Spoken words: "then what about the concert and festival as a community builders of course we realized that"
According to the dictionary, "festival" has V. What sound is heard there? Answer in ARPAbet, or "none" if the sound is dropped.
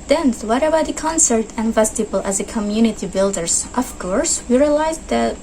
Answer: B